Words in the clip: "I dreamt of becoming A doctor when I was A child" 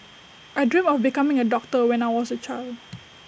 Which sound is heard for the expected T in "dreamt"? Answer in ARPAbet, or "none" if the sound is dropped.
none